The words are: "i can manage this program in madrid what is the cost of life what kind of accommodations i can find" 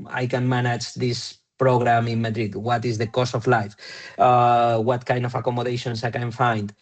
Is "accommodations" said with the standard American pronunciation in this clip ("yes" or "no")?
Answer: no